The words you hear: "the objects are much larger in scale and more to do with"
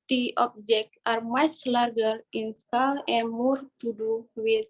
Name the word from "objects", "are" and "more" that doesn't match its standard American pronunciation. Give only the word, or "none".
objects